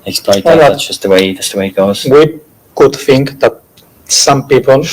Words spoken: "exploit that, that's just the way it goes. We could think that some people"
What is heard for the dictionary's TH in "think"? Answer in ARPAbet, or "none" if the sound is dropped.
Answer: TH